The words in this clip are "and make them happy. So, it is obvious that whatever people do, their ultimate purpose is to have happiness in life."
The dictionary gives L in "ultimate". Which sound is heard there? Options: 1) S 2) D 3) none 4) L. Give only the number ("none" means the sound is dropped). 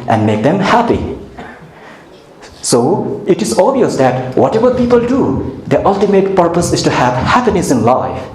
4